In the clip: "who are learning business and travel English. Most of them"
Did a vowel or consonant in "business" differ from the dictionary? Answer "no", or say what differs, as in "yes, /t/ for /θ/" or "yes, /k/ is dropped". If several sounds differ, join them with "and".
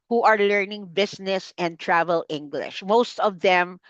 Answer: yes, /s/ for /z/